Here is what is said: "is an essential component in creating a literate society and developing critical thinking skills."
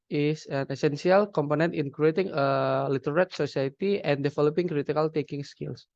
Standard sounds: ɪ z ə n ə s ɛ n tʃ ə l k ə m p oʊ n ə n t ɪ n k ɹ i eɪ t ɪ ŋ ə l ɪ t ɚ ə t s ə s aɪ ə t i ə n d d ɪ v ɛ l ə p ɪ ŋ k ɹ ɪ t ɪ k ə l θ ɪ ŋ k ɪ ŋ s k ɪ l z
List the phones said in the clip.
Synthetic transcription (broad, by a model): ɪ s ə n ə s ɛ n s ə l k ə m p oʊ n ə n t ɪ n k ɹ i eɪ t ɪ ŋ ə l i t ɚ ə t s ə s aɪ ə t i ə n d d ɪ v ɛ l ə p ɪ ŋ k ɹ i t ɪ k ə l t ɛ k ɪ ŋ s k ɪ l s